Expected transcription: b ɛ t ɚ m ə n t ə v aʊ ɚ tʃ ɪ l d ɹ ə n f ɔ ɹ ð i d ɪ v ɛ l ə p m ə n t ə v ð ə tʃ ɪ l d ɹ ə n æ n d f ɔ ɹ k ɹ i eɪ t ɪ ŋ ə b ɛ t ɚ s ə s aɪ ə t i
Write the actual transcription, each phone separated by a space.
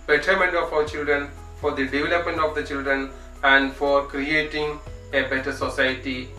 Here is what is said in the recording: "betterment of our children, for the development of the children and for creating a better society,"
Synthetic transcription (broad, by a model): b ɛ t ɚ m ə n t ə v aʊ ɚ tʃ ɪ l d ɹ ə n f ɔ ɹ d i d ɪ v ɛ l ə p m ə n t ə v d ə tʃ ɪ l d ɹ ə n æ n d f ɔ ɹ k ɹ i eɪ t ɪ ŋ ə b ɛ t ɚ s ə s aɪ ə t i